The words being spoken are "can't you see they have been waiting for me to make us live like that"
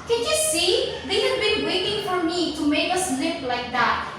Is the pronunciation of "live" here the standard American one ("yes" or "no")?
no